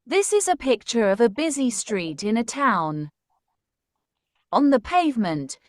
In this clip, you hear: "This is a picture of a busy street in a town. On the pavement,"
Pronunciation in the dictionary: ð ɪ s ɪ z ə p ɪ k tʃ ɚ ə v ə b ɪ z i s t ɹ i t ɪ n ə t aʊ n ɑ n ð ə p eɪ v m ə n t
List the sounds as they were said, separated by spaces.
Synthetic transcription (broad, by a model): ð ɪ s ɪ z ə p ɪ k tʃ ɚ ə v ə b ɪ z i s t ɹ i t ɪ n ə t aʊ n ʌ n ð ə p eɪ v m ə n t